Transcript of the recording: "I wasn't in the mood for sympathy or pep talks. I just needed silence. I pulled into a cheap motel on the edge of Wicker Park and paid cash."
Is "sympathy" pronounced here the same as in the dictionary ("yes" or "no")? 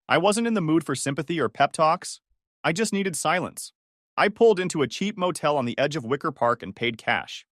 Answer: yes